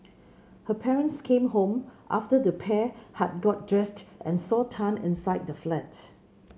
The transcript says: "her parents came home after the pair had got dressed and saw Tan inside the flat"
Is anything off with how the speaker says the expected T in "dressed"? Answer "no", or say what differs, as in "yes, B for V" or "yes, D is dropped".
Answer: no